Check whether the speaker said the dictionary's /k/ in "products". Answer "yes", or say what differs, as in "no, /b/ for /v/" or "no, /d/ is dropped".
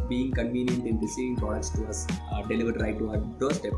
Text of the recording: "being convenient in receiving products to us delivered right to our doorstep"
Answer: no, /k/ is dropped